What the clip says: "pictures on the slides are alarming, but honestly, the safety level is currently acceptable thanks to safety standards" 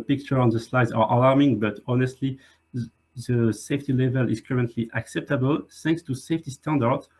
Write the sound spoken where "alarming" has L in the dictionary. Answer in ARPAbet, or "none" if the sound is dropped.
L